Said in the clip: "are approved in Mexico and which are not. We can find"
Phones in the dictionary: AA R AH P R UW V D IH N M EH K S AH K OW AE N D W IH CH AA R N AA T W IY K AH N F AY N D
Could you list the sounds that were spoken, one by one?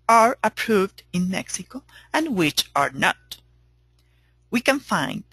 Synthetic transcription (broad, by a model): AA R AH P R UW V D IH N M EH K S AH K OW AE N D W IH CH AA R N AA T W IY K AH N F AY N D